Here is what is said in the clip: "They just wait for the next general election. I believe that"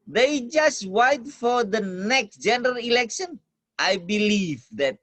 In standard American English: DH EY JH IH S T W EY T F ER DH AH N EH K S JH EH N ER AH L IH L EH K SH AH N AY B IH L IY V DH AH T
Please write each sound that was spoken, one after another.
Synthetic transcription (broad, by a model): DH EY JH IH S T W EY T F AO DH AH N EH K S JH EH N ER AH L IH L EH K SH AH N AY B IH L IY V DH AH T